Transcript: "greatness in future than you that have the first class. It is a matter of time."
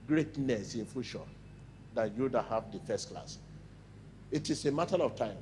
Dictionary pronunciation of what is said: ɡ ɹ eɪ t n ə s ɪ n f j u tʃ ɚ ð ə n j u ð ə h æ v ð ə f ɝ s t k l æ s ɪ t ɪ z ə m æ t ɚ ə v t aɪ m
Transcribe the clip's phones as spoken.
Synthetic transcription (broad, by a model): ɡ ɹ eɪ t n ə s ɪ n f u ʃ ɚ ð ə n j u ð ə h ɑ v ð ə f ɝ s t k l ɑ s ɪ t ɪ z ə m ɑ t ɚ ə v t aɪ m